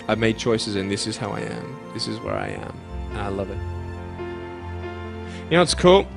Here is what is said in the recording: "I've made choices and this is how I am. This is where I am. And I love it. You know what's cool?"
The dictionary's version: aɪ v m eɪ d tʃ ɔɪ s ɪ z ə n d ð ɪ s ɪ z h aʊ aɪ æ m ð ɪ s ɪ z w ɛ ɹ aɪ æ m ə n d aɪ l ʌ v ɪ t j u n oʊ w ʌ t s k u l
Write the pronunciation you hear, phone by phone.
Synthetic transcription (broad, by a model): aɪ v m eɪ d tʃ ɔɪ s ɪ z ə n ð ɪ s ɪ z h aʊ aɪ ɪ m ð ɪ s ɪ z w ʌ ɹ aɪ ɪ m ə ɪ l ʌ v ɪ t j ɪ n oʊ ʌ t s k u l